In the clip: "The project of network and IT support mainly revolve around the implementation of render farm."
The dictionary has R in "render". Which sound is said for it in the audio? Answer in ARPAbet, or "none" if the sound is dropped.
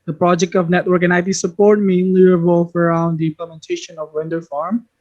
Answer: W